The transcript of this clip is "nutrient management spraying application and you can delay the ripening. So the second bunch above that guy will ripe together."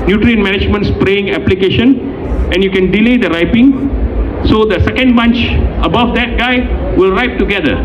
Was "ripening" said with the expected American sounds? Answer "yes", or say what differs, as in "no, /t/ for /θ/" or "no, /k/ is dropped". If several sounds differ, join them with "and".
no, /n/ is dropped